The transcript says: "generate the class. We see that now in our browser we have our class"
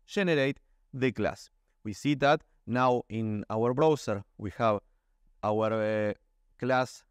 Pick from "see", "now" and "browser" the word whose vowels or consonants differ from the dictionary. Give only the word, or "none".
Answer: browser